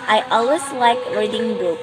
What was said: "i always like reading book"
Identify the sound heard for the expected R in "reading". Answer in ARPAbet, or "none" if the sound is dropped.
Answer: W